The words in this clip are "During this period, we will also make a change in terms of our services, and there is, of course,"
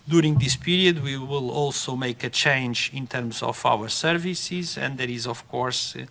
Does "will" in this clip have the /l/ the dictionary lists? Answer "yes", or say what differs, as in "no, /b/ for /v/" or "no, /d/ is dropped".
yes